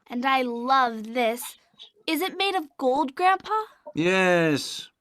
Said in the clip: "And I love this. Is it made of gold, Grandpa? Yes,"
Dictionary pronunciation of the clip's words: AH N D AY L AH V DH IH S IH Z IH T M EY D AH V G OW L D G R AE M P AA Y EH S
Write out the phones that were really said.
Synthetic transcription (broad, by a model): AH N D AY L AH V DH IH S IH Z IH T M EY D AH V G OW L D G R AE M P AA Y EH S